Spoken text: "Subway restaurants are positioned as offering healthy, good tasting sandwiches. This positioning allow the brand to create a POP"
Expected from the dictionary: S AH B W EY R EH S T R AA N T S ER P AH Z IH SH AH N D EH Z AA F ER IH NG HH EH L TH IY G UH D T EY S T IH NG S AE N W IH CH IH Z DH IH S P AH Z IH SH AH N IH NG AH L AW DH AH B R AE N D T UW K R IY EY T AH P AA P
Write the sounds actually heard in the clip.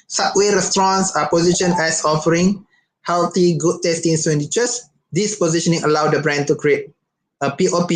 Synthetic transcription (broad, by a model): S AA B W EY R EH S T R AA N S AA P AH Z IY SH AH N EH S AA F ER IH NG HH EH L T IY G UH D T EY S T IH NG S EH N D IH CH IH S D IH S P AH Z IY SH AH N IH NG AH L AW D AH B R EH N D T UW K R IY EY T AH P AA P